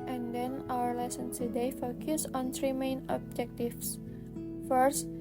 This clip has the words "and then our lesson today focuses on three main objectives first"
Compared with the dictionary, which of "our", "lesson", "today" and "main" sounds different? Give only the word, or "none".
today